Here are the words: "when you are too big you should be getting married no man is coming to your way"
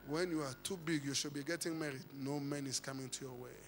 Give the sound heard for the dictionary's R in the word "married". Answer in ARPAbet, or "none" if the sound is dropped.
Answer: R